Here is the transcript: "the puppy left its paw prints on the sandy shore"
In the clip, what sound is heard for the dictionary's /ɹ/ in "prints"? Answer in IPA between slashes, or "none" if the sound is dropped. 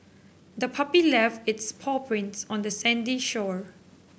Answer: /ɹ/